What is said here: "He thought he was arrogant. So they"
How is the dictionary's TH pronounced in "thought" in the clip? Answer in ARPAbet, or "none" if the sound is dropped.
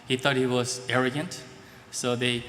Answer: T